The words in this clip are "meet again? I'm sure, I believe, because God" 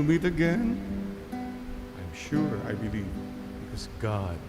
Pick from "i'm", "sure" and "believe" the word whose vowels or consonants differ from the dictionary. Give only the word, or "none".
none